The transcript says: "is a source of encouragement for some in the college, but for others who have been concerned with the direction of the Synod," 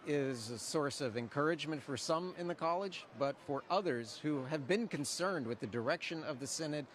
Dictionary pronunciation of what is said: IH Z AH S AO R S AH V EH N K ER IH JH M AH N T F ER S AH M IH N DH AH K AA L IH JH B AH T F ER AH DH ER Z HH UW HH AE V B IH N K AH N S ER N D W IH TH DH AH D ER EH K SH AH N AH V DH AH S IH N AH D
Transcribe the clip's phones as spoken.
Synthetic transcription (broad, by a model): IH Z AH S AO R S AH V EH N K ER IH JH M AH N T F ER S AH M IH N DH AH K AA L IH JH B AH T F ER AH DH ER Z HH UW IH V B IH N K AH N S ER N D W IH DH AH D ER EH K SH AH N AH V DH AH S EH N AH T